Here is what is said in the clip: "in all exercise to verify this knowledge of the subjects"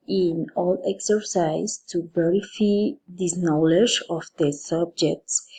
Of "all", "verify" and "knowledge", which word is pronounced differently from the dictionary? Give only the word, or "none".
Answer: verify